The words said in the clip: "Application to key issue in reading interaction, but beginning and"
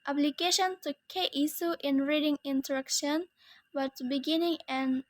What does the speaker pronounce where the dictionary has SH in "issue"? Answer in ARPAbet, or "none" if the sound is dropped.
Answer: S